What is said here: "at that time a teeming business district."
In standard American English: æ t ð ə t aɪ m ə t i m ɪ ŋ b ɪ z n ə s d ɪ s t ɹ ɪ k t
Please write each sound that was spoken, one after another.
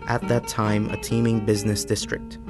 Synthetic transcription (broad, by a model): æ t ð ə t aɪ m ə t i m ɪ ŋ b ɪ z n ə s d ɪ s t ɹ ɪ k t